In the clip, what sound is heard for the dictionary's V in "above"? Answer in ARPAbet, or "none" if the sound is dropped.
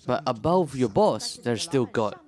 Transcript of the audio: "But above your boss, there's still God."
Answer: V